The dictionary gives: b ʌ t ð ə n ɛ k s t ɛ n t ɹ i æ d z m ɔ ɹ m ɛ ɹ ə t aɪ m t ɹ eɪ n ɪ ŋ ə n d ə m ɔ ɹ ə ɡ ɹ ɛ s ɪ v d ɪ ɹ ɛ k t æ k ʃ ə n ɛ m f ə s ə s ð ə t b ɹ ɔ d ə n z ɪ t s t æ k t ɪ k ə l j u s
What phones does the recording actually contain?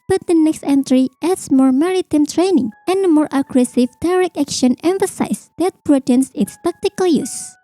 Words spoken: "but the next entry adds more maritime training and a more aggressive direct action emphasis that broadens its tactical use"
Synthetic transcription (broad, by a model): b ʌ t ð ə n ɛ k s t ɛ n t ɹ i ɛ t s m ɔ ɹ m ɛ ɹ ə t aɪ m t ɹ eɪ n ɪ ŋ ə n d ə m ɔ ɹ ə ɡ ɹ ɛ s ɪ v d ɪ ɹ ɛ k æ k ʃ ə n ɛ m f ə s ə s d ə t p ɹ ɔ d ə n s ɪ t s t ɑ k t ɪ k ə l j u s